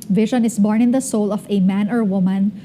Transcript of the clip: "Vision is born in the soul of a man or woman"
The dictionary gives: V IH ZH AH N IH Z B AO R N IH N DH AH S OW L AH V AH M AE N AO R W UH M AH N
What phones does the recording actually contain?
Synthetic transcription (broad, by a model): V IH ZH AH N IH S B AO R N IH N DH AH S OW L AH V AH M AE N AO R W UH M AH N